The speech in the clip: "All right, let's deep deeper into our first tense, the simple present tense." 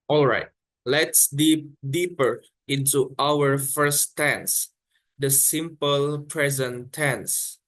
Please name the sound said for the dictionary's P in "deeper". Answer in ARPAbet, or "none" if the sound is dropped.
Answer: P